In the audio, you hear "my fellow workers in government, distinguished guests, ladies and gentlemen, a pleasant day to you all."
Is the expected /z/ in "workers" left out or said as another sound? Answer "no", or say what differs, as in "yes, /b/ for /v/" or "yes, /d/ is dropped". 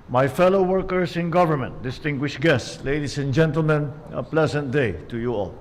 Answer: yes, /s/ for /z/